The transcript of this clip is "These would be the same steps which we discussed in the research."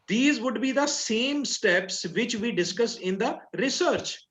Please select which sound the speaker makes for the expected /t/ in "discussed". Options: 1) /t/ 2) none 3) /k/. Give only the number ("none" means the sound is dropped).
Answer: 2